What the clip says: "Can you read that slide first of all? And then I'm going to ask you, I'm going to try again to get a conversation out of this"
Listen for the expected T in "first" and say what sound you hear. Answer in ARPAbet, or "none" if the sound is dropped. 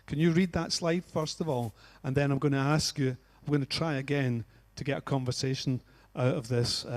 T